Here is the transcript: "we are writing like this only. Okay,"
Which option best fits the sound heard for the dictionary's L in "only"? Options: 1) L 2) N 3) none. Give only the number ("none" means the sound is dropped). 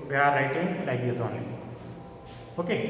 3